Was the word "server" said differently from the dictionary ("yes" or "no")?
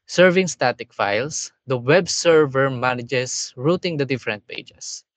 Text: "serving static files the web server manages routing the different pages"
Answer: no